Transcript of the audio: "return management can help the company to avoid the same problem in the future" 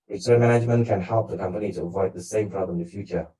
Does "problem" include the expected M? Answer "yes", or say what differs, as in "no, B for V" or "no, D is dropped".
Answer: no, M is dropped